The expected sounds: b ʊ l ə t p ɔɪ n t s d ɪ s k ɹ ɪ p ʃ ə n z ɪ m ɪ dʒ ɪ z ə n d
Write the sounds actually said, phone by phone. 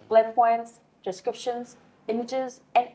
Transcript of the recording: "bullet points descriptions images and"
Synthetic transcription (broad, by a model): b l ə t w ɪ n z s d ɪ s k ɹ ɪ p ʃ ə n z ɪ m ɪ dʒ ɪ z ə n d